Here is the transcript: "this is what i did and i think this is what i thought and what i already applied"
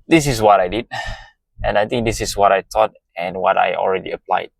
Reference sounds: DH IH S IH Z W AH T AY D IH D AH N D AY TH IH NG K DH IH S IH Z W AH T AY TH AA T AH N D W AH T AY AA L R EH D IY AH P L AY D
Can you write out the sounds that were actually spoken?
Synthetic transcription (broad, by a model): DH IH S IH S W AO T AY D IH D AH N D AY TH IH NG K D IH S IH S W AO T AY T AA T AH N W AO T AY AA L R EH D IY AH P L AY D